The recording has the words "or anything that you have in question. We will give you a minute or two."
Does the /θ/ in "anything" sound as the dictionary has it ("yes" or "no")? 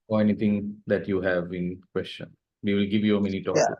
no